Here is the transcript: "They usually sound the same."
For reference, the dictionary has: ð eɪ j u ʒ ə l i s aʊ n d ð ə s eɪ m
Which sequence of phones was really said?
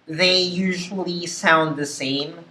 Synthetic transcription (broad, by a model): ð eɪ j u ʒ ə l i s aʊ n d ð ə s eɪ m